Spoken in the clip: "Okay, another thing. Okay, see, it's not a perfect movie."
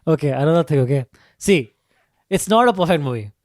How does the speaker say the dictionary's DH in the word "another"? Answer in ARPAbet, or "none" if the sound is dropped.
none